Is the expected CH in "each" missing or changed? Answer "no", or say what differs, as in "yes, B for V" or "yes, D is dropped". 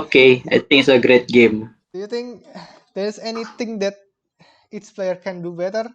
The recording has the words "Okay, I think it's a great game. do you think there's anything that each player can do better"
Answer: yes, S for CH